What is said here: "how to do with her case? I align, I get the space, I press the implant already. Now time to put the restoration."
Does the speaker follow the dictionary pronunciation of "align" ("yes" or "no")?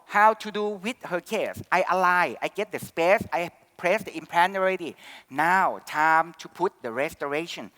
no